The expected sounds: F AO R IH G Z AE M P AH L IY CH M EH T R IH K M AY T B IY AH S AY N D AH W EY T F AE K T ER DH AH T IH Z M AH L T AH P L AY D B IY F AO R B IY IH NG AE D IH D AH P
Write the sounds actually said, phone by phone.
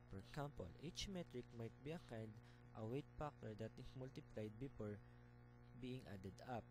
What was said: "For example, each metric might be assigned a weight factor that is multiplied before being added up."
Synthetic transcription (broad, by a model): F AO R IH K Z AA M P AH L IY CH M EH T R IH K M AY T B IY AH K AY N D AH W EY T P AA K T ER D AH T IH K M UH L T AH P L AY D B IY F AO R B IY IH NG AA D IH D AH P